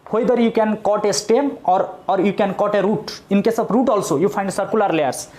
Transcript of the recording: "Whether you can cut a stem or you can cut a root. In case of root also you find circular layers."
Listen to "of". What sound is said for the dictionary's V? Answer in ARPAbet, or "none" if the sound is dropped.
B